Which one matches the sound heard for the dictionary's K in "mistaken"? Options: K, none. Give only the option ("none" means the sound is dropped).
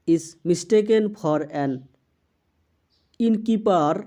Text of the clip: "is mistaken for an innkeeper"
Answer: K